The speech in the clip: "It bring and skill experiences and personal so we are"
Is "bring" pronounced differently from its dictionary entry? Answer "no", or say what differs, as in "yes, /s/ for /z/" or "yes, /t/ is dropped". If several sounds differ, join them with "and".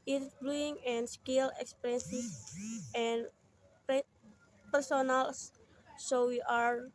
yes, /l/ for /ɹ/